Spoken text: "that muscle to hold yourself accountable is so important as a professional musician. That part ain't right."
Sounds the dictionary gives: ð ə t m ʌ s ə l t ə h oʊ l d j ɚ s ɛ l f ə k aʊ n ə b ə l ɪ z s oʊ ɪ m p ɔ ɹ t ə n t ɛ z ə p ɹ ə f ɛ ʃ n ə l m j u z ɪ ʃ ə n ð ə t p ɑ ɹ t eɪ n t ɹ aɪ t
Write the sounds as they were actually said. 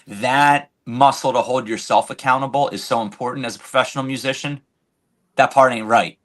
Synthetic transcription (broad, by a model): ð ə t m ʌ s l t ə h oʊ l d j ɚ s ɛ l f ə k aʊ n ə b l ɪ z s oʊ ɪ m p ɔ ɹ t n t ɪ z ə p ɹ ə f ɛ ʃ n l m j u z ɪ ʃ ə n ð ə t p ɑ ɹ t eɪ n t ɹ aɪ t